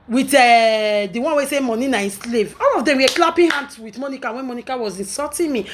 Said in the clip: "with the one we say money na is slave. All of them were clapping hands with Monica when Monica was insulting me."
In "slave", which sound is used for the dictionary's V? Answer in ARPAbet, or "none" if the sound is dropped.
V